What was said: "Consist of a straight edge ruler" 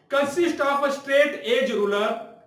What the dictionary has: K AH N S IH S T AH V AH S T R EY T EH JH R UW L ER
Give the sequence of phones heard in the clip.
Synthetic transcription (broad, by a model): K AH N S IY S T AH P AH S T R EY T EH JH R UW L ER